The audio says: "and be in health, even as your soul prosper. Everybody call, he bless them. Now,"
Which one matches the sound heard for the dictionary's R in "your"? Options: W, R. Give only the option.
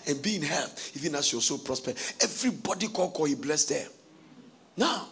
W